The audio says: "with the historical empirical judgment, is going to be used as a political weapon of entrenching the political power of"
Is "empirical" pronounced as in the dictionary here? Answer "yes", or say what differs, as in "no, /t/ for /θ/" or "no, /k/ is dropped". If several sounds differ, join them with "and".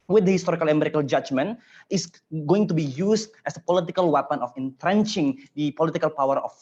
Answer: no, /p/ is dropped